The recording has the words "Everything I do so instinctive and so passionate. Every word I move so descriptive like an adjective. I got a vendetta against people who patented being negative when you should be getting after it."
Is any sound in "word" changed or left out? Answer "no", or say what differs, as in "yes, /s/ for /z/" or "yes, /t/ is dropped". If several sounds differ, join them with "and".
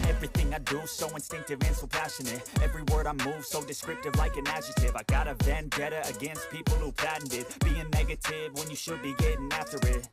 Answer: no